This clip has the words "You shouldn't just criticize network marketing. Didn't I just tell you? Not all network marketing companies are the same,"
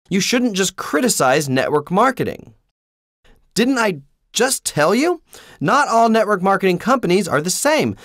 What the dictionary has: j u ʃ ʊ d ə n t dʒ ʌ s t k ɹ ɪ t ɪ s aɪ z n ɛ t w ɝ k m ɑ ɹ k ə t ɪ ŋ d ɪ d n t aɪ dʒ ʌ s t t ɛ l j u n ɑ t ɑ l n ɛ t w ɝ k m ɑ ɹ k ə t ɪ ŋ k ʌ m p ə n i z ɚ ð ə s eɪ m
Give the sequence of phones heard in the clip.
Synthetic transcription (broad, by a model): j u ʃ ʊ d n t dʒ ʌ s k ɹ ɪ t ɪ s aɪ z n ɛ t w ɝ k m ɑ ɹ k ə t ɪ ŋ d ɪ d n t aɪ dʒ ʌ s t t ɛ l j u n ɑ t ɑ l n ɛ t w ɝ k m ɑ ɹ k ə t ɪ ŋ k ʌ m p ə n i z ɚ ð ə s eɪ m